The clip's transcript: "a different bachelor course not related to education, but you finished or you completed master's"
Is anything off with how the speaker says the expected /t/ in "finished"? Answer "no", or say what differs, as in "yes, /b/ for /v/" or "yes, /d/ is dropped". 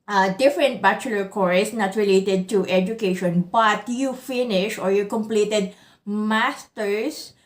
yes, /t/ is dropped